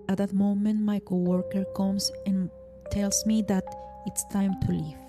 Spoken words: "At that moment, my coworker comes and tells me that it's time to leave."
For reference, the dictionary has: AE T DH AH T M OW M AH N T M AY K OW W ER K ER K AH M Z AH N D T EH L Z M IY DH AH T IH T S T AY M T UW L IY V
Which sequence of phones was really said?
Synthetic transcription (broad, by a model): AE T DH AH T M OW M AH N T M AY K OW W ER K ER K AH M S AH N T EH L S M IY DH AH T IH T S T AY M T UW L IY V